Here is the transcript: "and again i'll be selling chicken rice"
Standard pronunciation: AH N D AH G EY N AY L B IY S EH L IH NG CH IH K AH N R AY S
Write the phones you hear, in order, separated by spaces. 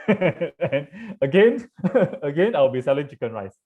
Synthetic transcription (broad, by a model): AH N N AH G EY N AY W B IY S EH L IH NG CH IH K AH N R AY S